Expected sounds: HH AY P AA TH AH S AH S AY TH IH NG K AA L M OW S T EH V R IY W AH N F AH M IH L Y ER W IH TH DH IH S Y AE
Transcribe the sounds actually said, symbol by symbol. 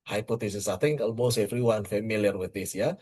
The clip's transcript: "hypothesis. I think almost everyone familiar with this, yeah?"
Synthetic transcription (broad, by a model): HH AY P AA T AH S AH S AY T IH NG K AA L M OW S EH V R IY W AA N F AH M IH L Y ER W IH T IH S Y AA